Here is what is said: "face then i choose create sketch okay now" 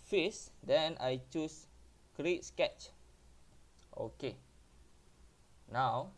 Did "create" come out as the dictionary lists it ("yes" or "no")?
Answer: yes